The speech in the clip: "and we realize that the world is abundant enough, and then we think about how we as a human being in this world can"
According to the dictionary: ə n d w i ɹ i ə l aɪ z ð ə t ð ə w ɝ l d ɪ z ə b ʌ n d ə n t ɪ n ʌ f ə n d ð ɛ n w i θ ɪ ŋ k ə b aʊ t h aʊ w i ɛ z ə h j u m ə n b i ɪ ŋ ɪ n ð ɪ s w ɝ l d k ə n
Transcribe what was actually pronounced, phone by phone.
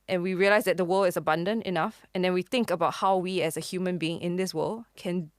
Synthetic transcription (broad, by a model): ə n w i ɹ i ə l aɪ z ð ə t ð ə w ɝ l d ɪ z ə b ʌ n d ə n t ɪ n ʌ f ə n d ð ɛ n w i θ ɪ ŋ k ə b aʊ t h aʊ w i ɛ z ə h j u m ə n b i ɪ ŋ ɪ n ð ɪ s w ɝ l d k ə n